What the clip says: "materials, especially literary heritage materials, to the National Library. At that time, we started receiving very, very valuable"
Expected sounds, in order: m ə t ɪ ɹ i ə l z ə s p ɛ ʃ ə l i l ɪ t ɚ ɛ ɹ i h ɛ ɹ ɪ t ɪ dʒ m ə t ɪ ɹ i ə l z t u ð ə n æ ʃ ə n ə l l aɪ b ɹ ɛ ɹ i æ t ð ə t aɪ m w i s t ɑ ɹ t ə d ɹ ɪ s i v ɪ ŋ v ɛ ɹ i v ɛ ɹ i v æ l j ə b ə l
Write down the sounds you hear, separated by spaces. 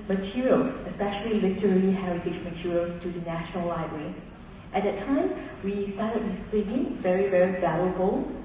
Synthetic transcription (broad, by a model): m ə t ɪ ɹ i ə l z ə s p ɛ ʃ ə l i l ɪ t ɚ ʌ l i h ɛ ɹ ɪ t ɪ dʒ m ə t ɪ ɹ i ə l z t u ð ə n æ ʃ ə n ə l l aɪ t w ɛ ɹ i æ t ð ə t aɪ m w i s t ɑ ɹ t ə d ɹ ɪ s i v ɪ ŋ v ɛ ɹ i v ɛ ɹ i v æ l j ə b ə l